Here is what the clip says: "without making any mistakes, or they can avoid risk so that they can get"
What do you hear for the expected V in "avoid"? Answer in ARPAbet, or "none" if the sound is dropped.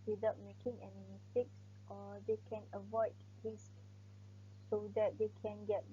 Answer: V